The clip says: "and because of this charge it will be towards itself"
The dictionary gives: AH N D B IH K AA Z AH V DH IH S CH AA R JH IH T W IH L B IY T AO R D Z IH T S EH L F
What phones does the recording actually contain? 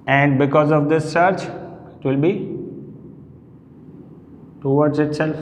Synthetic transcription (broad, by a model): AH N D B IH K AA Z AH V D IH S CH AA R CH IH T W IH L B IY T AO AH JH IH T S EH L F